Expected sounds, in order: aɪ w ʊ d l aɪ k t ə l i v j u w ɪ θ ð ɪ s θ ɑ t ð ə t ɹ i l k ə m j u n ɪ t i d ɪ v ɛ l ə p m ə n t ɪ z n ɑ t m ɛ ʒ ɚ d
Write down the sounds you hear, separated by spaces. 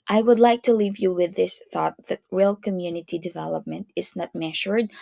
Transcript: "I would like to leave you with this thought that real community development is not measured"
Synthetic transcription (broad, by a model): aɪ w ʊ d l aɪ k t ə l i v j u w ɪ ð ɪ s θ ɑ t ð ə t ɹ i l k ə m j u n ɪ t i d ɪ v ɛ l ə p m ə n t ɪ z n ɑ t m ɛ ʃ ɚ d